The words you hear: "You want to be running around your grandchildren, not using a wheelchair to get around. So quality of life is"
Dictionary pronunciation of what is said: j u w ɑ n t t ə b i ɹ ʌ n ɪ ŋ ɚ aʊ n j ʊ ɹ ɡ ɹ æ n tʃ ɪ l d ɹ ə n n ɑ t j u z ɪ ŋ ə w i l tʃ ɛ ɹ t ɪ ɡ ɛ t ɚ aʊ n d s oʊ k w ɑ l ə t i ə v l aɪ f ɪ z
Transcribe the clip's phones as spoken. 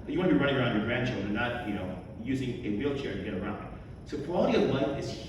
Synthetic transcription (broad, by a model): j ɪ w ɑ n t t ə b i ɹ ʌ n ɪ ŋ ɚ aʊ n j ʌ ɹ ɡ ɹ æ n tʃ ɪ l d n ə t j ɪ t j u z ɪ ŋ ə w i l tʃ ɛ ɹ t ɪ ɡ ɛ t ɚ aʊ n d s oʊ k w ɑ l ə t i ə v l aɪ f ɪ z